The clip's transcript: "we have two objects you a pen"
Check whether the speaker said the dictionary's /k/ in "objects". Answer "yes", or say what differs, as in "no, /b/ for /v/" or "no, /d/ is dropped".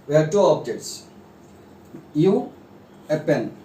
no, /k/ is dropped